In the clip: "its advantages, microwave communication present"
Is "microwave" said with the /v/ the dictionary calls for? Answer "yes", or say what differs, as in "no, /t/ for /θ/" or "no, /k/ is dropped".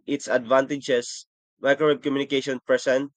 no, /b/ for /v/